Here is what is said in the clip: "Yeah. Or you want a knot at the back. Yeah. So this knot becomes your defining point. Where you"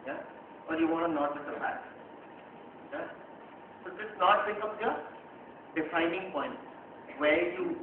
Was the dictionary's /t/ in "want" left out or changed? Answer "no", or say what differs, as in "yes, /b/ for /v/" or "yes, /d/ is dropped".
yes, /t/ is dropped